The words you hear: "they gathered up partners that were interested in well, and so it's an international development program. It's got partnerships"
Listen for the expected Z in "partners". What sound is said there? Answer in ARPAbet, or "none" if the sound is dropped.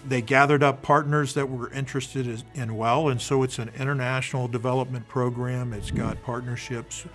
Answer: Z